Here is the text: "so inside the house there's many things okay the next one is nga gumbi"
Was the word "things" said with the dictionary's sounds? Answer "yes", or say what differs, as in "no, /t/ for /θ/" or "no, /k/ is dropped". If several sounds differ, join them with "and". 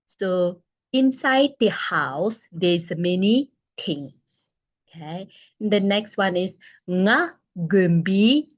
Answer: no, /t/ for /θ/ and /s/ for /z/